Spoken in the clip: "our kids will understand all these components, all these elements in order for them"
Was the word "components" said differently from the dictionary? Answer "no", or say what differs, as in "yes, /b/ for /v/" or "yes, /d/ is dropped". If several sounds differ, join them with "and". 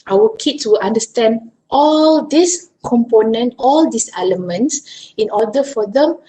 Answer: yes, /s/ is dropped